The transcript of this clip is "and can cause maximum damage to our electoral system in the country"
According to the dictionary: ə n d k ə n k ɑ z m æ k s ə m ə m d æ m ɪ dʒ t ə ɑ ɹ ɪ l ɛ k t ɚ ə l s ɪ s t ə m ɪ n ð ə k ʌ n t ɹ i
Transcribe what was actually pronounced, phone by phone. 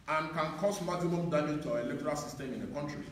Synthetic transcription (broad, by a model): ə n k ə n k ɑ s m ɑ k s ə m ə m d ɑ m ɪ t ə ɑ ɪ l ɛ k t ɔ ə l s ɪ s t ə m ɪ n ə k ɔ n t ɹ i